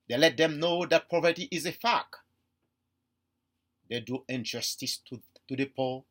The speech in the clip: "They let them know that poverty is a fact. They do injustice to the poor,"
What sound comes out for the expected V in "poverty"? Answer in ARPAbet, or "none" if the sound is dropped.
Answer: P